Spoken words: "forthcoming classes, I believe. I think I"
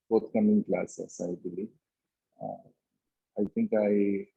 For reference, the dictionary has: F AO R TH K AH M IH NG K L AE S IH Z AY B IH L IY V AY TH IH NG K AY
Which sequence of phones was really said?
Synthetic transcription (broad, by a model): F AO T K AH M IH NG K L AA S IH S AY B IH L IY AY T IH NG K AY